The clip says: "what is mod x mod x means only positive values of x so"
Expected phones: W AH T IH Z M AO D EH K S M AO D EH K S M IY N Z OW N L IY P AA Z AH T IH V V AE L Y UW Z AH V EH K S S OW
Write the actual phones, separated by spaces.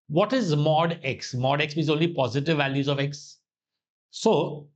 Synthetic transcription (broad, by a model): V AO T IH Z M AO D EH K S M AO D EH K S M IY Z OW N L IY P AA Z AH T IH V V AE L Y UW Z AH V EH K S S OW